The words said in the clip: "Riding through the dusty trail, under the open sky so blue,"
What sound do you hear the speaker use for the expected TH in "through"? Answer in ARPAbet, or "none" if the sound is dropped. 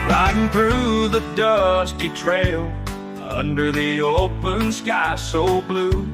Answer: TH